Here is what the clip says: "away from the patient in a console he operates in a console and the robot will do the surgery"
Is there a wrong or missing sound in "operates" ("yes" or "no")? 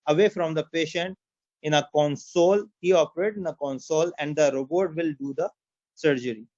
yes